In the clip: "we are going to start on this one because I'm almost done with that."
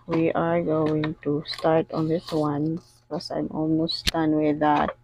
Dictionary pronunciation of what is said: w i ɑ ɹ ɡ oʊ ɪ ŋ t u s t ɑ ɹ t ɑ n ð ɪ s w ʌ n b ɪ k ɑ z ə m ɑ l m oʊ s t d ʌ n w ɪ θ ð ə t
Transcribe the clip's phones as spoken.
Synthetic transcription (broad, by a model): w i ɑ ɹ ɡ oʊ ɪ ŋ t u s t ɑ ɹ t ɑ n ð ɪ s w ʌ n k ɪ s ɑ ə m ɑ l m oʊ s t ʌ n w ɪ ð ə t